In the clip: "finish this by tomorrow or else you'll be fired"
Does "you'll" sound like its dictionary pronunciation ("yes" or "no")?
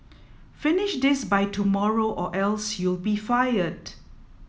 yes